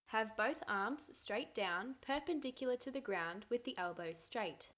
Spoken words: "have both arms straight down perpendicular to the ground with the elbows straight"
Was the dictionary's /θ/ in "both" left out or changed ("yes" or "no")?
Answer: no